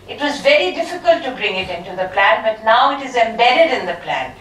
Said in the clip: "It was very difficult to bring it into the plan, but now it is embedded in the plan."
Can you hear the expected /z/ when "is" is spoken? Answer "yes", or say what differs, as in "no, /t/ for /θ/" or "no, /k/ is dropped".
yes